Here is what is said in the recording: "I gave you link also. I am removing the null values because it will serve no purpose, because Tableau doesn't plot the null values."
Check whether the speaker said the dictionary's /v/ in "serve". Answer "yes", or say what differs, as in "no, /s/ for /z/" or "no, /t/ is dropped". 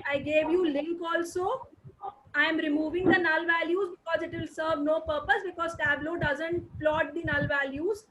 yes